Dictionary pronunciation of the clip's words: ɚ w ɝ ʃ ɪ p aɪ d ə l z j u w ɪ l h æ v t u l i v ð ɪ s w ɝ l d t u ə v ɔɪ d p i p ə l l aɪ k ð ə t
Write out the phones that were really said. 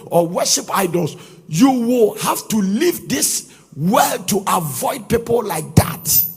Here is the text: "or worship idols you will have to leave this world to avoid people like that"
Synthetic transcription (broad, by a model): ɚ w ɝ ʃ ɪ p aɪ d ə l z j u w ɪ l h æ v t u l i v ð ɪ s w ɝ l t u ə v ɔɪ d p i p ə l l aɪ k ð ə t